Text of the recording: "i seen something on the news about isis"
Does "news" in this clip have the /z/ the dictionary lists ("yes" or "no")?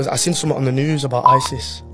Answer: yes